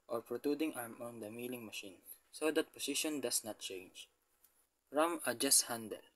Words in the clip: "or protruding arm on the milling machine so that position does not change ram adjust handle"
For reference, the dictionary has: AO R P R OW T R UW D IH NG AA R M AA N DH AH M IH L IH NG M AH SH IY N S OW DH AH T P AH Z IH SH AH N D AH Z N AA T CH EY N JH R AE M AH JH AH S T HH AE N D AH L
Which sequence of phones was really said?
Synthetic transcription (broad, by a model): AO R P R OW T UW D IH NG AA R M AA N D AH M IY L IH NG M AH SH IY N S OW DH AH T P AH S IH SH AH N D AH S N AA T CH EY N JH R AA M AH JH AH S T HH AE N D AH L